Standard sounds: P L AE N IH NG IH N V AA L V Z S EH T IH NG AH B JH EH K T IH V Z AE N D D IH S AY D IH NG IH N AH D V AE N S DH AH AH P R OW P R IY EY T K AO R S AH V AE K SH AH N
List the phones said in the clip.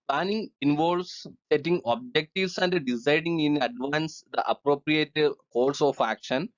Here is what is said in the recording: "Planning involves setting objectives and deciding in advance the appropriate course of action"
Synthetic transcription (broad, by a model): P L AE N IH NG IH N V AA L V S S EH T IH NG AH B JH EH K T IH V S AE N D D IH S AY D IH NG IH N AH D V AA N S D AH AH P R OW P R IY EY T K AO L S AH F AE K SH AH N